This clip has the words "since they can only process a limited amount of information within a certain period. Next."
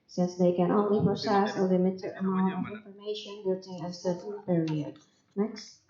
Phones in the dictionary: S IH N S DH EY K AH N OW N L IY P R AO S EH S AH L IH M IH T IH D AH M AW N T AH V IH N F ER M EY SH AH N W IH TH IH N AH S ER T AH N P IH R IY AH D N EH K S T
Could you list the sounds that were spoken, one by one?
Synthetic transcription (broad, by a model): S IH N S DH EY K AH N OW N L IY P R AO S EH S AH L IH M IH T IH AH M AW N T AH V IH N F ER M EY SH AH N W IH T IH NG AH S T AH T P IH R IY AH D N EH K S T